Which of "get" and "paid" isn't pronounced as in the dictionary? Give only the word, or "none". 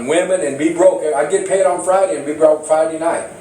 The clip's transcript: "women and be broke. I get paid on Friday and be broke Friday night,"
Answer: none